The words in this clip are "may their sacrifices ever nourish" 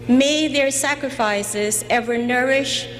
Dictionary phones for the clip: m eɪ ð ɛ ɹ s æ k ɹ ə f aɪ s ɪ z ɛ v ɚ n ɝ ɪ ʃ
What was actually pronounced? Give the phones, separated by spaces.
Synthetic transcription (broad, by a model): m eɪ ð ɛ ɹ s æ k ɹ ə f aɪ s ɪ z ɛ v ɚ n ɝ ɪ ʃ